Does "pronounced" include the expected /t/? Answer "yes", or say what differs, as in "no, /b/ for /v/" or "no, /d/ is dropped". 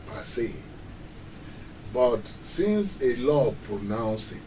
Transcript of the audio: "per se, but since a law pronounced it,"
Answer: no, /t/ is dropped